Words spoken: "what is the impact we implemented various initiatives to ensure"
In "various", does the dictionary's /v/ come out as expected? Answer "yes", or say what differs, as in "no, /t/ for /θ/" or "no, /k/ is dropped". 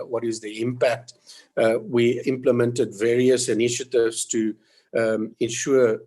yes